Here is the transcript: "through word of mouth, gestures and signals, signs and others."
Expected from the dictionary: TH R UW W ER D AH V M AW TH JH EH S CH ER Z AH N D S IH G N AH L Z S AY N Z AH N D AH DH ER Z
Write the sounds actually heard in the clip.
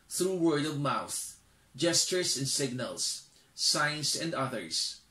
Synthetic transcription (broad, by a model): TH R UW W ER D AH V M AW TH JH EH S CH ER S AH N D S IH G N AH L S AY N S AH N D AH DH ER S